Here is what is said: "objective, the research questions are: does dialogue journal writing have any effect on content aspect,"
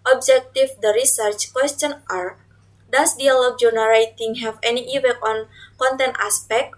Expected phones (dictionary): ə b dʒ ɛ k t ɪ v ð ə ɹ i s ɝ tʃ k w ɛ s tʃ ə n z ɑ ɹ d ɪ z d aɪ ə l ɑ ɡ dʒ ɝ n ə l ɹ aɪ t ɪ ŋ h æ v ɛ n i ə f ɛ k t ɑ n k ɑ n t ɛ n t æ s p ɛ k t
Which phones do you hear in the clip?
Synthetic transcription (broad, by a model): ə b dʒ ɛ k t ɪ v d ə ɹ i s ɝ tʃ k w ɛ s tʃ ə n ɑ ɹ d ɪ s d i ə l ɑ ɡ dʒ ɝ n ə ɹ aɪ t ɪ ŋ h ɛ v ɛ n i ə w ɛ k ɑ n k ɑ n t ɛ n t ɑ s p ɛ k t